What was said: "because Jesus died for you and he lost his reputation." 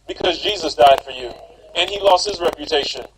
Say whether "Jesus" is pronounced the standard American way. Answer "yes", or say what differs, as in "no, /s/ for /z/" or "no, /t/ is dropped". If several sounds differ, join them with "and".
yes